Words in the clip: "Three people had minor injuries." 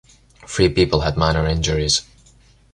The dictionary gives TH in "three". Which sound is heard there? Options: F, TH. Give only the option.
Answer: F